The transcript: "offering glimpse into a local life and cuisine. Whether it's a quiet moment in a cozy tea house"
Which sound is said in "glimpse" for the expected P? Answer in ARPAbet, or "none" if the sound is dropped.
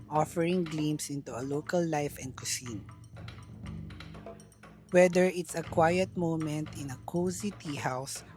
none